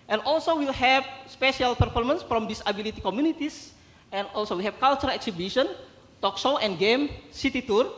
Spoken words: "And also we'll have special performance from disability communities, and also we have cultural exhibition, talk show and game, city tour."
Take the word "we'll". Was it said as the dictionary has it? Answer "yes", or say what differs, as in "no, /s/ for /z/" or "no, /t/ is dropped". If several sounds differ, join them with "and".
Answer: yes